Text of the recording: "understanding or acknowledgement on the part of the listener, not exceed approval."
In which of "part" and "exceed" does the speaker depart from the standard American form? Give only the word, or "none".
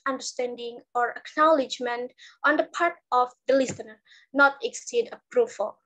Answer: none